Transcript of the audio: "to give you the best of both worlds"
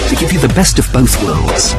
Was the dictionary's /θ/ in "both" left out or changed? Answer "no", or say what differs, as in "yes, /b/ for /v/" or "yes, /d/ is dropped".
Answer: no